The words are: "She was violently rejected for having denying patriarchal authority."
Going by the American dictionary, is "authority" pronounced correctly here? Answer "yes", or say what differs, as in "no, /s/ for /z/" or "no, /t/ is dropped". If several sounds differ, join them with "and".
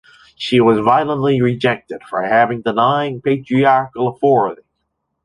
no, /f/ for /θ/